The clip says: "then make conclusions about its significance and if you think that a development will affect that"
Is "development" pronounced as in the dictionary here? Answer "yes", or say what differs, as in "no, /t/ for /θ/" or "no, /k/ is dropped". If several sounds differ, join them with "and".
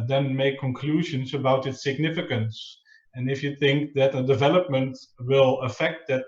yes